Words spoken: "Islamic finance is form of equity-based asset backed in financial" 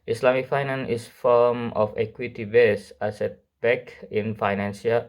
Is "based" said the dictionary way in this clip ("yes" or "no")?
no